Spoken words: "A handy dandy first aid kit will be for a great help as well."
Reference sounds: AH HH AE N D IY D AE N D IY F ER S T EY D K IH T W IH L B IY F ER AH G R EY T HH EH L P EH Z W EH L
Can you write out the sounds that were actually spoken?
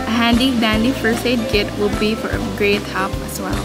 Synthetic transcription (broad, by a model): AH HH AE N D IY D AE N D IY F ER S EY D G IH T W IH L B IY F ER AH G R EY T HH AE P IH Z W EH L